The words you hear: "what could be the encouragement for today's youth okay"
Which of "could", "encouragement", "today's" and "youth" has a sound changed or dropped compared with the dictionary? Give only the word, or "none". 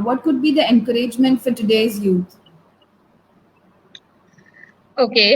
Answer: youth